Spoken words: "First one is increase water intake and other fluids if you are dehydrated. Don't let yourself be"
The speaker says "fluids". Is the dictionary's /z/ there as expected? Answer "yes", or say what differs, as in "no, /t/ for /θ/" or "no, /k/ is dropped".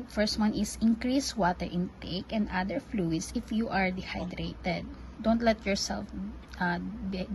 no, /s/ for /z/